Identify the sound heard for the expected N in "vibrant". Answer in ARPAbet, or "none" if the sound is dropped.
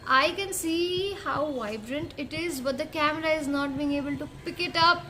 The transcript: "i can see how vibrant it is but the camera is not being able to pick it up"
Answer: N